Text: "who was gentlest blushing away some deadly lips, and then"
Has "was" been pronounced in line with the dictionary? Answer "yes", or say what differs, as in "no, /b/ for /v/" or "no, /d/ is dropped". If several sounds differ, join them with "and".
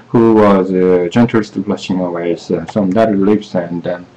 yes